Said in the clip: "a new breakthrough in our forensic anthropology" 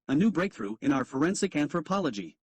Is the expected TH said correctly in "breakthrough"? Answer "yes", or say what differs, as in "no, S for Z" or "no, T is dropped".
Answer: yes